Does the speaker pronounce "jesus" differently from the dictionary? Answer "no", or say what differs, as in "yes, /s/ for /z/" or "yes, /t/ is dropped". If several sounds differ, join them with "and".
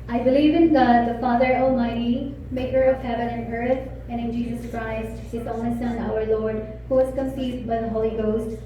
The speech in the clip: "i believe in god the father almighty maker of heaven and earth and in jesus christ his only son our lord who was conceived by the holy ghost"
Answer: no